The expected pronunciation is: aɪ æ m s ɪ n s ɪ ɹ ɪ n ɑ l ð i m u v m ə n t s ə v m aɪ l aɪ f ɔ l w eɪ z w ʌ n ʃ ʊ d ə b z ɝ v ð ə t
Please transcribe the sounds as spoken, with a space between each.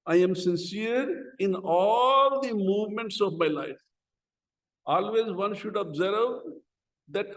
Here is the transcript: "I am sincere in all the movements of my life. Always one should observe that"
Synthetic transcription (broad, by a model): aɪ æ m s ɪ n s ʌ ɹ ɪ n ɑ l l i m u v m ə n t s ə v m aɪ l aɪ f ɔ l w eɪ z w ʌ n ʃ ʊ d ə b z ɝ v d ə t